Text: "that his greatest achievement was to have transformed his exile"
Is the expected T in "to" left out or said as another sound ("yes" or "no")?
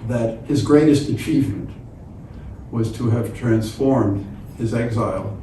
no